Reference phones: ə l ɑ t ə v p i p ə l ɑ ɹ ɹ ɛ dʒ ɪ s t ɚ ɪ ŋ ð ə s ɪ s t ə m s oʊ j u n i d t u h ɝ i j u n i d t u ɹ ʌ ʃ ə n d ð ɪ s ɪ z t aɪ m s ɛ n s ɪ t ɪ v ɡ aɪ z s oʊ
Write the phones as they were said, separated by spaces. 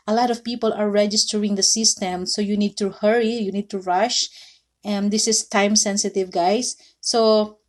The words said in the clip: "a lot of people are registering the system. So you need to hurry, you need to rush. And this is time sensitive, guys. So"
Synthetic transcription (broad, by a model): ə l ɑ t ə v p i p ə l ɑ ɹ ɹ ɛ dʒ ɪ s t ɚ ɪ ŋ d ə s ɪ s t ə m s oʊ j u n i d t u h ɝ i j u n i d t u ɹ ʌ ʃ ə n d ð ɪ s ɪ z t aɪ m s ɛ n s ɪ t ɪ v ɡ aɪ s oʊ